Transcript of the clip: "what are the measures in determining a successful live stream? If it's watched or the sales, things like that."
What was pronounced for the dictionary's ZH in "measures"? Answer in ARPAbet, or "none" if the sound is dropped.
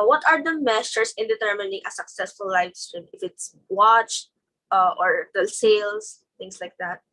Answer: S